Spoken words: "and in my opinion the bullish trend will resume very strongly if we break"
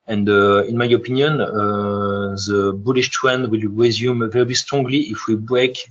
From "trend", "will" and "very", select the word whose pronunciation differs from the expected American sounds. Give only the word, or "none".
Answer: trend